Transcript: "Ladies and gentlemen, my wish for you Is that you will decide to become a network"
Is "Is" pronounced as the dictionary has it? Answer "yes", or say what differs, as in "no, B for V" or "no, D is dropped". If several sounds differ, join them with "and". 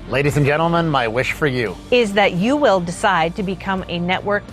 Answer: yes